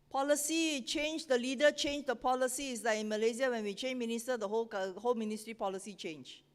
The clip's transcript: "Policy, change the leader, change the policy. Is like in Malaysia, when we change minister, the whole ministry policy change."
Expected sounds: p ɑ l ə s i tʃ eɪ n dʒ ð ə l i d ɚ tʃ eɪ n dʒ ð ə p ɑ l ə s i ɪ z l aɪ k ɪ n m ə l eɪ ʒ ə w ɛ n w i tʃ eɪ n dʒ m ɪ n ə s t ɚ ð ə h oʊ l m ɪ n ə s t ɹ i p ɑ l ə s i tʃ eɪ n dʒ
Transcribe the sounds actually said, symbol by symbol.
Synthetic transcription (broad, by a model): p ɑ l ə s i tʃ eɪ n dʒ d ə l i d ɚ tʃ eɪ n dʒ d ə p ɑ l ə s i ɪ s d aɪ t ɪ n m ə l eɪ z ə w ɛ n w i tʃ eɪ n m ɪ n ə s t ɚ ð ə h oʊ l m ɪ n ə s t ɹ i p ɑ l ə s i tʃ eɪ n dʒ